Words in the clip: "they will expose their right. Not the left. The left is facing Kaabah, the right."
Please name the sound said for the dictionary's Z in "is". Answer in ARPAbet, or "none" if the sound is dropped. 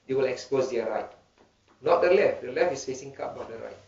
S